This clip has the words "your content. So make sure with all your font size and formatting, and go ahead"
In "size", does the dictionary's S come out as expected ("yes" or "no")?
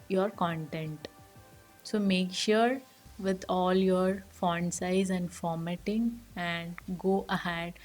yes